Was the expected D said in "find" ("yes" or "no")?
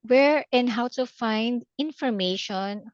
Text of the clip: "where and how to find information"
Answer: yes